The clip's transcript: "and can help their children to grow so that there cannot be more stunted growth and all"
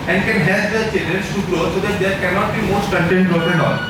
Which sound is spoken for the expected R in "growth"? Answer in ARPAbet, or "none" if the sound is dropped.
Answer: none